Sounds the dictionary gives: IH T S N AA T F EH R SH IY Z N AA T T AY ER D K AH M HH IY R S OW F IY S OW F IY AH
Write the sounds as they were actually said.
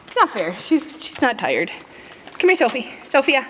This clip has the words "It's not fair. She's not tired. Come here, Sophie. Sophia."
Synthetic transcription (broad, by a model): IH T S N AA T F EH R SH IY Z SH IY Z T AY ER D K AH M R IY S OW F IY S OW F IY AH